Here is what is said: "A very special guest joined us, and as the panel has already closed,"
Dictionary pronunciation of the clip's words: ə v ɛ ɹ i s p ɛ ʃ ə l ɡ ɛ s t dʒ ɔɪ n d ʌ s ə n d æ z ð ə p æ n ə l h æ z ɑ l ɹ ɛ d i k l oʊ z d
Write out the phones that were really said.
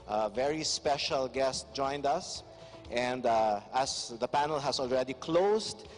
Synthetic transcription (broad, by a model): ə v ɛ ɹ i s p ɛ ʃ ə l ɡ ɛ s t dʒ ɔɪ n d ʌ s ə n d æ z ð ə p æ n ə l h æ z ɑ l ɹ ɛ d i k l oʊ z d